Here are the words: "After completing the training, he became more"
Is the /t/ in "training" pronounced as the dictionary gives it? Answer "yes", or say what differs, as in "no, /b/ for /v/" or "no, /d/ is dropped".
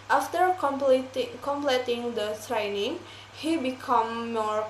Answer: no, /s/ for /t/